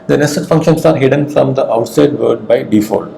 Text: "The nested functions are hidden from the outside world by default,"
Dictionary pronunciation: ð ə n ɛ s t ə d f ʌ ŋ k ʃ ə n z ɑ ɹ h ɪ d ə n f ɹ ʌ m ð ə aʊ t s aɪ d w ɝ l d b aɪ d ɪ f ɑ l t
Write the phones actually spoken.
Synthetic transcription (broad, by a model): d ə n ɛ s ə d f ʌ ŋ k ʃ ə n s ɑ ɹ h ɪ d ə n f ɹ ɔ m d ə aʊ t s aɪ d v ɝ d b aɪ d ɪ f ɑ l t